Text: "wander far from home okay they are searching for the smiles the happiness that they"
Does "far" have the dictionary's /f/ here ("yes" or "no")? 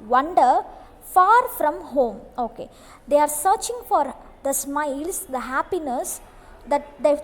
yes